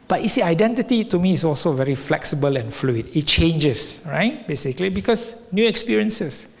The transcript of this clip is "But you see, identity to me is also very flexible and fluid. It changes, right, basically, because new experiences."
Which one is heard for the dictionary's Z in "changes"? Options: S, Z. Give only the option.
S